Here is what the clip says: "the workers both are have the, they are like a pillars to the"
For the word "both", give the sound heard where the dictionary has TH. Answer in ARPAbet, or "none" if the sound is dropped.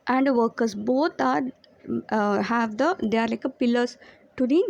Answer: T